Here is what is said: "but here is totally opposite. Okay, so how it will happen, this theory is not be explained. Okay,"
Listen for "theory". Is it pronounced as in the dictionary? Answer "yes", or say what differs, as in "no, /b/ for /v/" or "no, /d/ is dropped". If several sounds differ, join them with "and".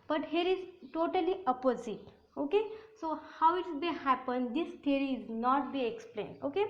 no, /t/ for /θ/